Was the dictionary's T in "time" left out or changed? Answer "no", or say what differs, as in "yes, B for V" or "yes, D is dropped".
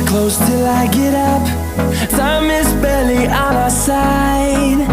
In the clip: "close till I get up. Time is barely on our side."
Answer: yes, S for T